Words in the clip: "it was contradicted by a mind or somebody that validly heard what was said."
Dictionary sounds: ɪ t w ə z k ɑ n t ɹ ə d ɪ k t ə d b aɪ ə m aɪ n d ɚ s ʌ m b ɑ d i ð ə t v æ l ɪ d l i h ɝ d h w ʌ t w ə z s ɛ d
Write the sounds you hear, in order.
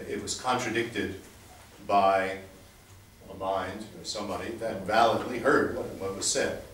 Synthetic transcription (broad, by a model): ɪ t w ə z k ɑ n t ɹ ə d ɪ k t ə d b aɪ ə m aɪ n d ɚ s ʌ m b ɑ d i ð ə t v æ l ɪ d l i h ɝ d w w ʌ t w ə z s ɛ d